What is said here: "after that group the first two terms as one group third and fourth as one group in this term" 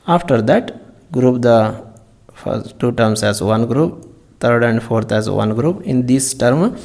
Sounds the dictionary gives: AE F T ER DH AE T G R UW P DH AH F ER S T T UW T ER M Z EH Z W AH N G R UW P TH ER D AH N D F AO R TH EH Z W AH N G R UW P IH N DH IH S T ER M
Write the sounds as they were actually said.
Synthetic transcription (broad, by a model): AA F T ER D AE T G R UW P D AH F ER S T T UW T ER M S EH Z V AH N G R UW P T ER D AH N D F AO R T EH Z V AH N G R UW P IH N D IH S T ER M